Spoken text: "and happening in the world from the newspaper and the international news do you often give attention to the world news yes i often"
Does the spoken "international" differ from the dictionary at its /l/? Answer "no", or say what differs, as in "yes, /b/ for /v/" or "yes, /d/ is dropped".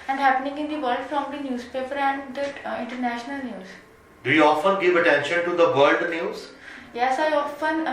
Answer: no